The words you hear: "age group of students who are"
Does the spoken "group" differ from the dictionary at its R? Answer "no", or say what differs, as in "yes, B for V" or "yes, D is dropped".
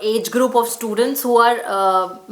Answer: no